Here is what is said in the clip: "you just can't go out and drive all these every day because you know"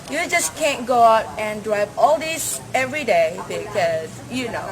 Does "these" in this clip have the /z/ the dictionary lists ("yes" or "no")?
no